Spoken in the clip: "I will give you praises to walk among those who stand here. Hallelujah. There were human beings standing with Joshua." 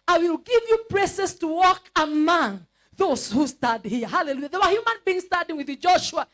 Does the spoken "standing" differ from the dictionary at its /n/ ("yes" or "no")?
yes